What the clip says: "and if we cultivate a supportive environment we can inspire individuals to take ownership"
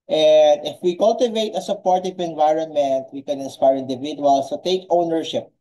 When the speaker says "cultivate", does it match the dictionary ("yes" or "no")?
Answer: yes